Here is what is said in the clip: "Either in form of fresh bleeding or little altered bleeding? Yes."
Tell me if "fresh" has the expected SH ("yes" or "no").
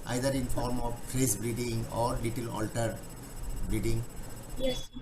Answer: no